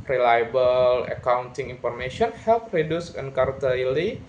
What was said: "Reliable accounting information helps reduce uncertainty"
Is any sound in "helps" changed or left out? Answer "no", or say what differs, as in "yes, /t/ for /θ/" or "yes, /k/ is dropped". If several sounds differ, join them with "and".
yes, /s/ is dropped